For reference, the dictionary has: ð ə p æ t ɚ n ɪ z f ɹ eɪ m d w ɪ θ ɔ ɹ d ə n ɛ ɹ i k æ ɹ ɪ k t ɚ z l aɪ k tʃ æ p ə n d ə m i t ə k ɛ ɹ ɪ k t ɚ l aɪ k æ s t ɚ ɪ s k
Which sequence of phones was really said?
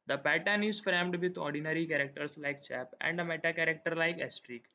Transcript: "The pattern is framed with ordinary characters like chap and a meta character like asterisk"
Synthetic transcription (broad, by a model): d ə p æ t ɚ n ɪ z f ɹ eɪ m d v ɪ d ɔ ɹ d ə n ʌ ɹ i k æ ɹ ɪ k t ɚ s l aɪ k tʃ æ p ə n d ə m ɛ t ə k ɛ ɹ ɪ k t ɚ l aɪ k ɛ s t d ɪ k